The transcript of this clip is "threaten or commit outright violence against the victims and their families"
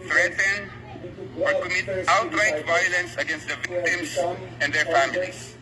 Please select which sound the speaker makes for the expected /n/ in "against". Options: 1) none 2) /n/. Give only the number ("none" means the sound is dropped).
2